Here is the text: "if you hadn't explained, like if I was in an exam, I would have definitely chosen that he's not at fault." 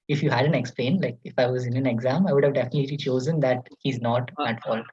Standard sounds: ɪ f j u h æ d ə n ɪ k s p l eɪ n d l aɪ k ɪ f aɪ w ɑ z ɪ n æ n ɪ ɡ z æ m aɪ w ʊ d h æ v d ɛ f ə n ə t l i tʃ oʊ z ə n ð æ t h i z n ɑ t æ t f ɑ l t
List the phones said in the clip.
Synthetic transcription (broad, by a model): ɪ f j u h æ d ə n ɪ k s p l eɪ n l aɪ k ɪ f aɪ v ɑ z ɪ n æ n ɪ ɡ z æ m aɪ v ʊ d h æ v d ɛ f ə n ə t l i tʃ oʊ z ə n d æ t h i z n ɑ t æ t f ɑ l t